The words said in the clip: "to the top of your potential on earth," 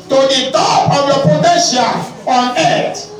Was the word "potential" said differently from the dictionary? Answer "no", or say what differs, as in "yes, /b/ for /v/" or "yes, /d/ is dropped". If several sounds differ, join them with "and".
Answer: yes, /n/ is dropped and /n/ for /l/